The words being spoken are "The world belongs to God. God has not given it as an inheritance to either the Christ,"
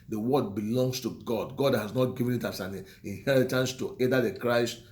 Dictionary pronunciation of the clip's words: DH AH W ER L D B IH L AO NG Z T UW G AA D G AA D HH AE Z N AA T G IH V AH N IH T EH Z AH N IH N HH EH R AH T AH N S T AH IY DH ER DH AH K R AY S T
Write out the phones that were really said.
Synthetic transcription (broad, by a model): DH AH W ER D B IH L AO NG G T UW G AA D G AA D HH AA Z N AA T G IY V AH N IH T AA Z AH N IH N HH EH R AH T AH N S T AH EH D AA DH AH K R AY S T